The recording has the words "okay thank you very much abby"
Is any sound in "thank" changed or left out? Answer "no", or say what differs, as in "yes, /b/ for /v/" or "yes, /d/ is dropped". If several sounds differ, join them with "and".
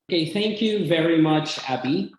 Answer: no